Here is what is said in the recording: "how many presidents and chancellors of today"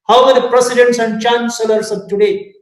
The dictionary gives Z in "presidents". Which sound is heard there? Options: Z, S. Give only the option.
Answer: S